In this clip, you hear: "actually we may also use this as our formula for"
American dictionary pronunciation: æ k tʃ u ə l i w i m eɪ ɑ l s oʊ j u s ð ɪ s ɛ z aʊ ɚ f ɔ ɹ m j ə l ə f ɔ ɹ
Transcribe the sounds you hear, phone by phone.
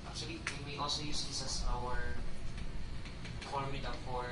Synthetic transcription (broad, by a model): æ k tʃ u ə l i w i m ɑ l s oʊ j u s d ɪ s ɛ s aʊ ɚ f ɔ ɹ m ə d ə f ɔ ɹ